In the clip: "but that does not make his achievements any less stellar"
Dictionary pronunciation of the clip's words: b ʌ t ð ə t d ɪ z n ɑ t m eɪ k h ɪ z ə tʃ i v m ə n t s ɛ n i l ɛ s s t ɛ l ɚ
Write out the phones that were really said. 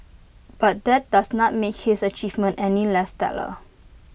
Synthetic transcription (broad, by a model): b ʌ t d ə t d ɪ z n ɑ t m eɪ k h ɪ s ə tʃ i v m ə n t ɛ n i l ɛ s s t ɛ l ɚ